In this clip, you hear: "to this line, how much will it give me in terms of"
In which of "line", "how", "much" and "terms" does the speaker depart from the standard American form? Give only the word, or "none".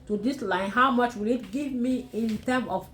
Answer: terms